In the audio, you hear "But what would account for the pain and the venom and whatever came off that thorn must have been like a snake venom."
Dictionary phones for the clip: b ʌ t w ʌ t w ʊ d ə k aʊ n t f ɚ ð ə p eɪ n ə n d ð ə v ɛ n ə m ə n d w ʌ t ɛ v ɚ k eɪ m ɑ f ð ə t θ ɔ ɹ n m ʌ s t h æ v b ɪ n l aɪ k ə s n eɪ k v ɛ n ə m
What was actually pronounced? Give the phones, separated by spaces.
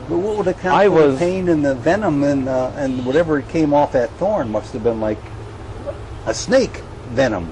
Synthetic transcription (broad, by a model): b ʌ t w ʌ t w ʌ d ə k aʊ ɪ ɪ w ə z eɪ n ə n ð ə v ɛ n ə m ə n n w ʌ t ɛ v ɚ k eɪ m ɑ f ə t θ ɔ ɹ n m ʌ s t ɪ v b ɪ n l aɪ k ə s n eɪ k v ɛ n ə m